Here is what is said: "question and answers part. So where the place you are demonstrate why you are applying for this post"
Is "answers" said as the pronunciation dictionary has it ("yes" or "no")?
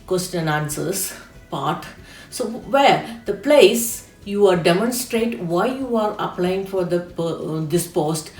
no